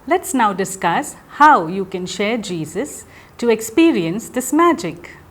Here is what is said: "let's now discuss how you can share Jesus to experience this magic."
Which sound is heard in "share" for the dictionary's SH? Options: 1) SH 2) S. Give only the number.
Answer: 1